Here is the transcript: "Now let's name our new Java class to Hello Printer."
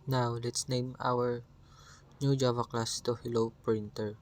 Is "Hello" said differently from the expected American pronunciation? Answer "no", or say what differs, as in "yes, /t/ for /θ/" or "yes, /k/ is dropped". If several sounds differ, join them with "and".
no